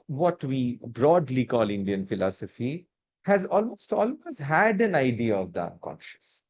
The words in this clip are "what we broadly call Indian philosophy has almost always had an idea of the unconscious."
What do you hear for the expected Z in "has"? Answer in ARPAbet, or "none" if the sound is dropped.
Z